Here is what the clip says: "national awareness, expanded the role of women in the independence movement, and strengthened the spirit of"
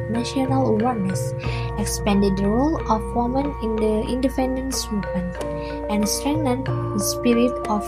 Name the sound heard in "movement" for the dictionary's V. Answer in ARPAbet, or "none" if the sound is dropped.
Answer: P